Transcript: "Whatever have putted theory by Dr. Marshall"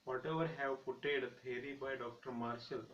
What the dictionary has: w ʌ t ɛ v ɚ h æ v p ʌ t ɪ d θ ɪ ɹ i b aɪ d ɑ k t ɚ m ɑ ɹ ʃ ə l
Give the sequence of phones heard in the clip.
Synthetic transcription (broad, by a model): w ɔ t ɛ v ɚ h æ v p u t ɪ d t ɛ ɹ i b aɪ d ɑ k t ɚ m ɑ ɹ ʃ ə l